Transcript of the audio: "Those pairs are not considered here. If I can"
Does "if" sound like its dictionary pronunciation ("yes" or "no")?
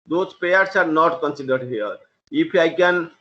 no